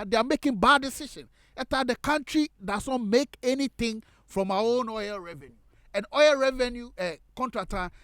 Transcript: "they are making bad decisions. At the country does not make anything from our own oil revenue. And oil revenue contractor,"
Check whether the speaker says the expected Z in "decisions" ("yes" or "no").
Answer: no